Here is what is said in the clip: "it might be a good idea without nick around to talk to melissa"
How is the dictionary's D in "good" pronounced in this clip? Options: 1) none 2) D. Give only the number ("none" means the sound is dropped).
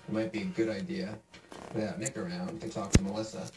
2